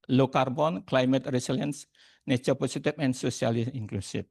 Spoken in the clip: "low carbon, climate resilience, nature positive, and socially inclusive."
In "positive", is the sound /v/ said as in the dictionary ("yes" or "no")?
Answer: no